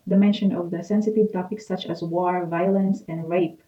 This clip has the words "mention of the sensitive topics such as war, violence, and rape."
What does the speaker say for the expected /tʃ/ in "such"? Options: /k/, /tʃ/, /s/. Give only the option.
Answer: /tʃ/